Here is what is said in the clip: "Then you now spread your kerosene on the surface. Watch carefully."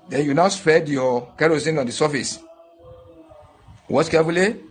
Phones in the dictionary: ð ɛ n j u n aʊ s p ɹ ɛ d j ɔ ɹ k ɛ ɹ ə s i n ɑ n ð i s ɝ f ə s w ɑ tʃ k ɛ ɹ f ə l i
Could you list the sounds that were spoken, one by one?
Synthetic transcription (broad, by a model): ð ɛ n j u n aʊ s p ɛ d j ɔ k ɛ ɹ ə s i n ɑ n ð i s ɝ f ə s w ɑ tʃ k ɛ f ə l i